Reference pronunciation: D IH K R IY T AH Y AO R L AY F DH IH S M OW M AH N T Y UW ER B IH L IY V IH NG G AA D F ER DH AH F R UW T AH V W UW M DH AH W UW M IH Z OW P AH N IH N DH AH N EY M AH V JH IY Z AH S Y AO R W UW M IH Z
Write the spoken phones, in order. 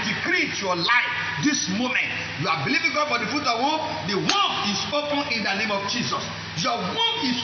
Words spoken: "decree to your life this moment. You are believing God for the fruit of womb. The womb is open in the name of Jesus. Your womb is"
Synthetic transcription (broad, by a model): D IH K R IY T Y AO L AY F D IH S M OW M AH N T Y UW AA B IH L IY V IH NG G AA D F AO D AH F UW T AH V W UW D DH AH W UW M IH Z OW P AH N IH N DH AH N EY M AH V JH IY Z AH S Y AO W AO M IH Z